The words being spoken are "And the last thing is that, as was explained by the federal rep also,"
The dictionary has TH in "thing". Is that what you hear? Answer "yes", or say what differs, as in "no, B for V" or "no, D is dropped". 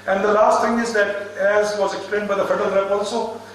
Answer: no, T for TH